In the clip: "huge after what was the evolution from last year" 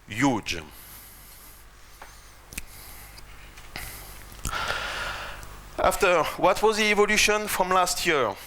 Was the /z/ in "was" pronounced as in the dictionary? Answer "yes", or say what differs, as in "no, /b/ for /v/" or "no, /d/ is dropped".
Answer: yes